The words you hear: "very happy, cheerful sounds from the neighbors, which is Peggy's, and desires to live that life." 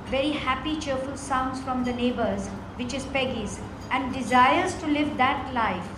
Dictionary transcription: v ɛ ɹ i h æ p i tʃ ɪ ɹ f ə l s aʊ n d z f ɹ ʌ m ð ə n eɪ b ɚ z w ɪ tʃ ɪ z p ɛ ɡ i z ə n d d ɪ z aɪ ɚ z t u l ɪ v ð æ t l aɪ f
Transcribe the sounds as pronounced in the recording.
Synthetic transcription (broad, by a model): v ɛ ɹ i h æ p i tʃ ɪ ɹ f ə l s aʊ n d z f ɹ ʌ m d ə n eɪ b ɚ z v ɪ tʃ ɪ z p ɛ ɡ i z ə n d d ɪ z aɪ ɚ z t u l ɪ v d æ t l aɪ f